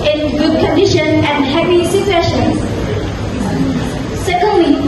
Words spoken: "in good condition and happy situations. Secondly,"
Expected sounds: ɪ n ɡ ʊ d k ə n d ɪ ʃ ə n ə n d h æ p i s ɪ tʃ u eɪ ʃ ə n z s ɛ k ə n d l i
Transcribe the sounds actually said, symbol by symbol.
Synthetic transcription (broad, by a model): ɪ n ɡ ʊ d k ə n d ɪ ʃ ə n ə n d h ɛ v i s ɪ s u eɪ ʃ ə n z s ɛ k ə n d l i